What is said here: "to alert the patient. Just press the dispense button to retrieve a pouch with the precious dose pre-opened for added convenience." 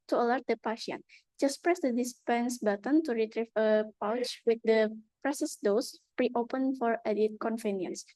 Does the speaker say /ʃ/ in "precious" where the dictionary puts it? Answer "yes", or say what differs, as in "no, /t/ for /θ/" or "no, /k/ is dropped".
no, /s/ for /ʃ/